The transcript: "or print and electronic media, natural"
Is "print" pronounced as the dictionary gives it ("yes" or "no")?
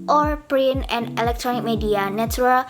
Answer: no